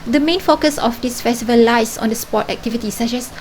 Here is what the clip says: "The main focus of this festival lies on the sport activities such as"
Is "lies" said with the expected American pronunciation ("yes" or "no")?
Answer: no